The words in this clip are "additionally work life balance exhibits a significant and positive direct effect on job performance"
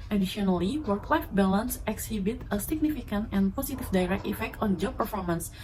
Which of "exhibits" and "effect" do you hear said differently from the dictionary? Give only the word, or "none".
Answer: exhibits